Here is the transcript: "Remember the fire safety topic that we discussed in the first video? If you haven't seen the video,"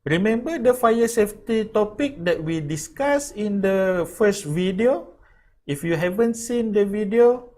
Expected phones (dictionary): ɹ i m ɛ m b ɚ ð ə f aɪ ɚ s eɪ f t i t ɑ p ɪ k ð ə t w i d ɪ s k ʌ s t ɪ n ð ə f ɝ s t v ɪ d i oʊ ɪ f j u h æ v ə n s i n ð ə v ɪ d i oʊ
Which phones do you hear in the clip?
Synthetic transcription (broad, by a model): ɹ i m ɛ m b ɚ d ə f aɪ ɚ s eɪ f t i t ɑ p ɪ k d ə t w i d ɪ s k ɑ s ɪ n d ə f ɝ s t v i d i oʊ ɪ f j u h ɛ v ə n s i n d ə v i d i oʊ